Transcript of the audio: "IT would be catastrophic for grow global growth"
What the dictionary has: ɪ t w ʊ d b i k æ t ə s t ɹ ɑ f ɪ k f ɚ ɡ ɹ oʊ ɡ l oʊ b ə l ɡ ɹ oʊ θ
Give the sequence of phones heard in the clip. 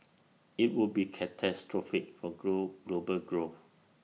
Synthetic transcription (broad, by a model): ɪ t w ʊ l b i k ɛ t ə s t ɹ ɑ f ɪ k f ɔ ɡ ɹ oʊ ɡ l oʊ b ə l ɡ ɹ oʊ f